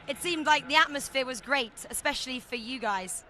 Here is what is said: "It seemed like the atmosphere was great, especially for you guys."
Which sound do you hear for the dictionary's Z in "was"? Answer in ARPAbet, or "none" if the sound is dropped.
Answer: Z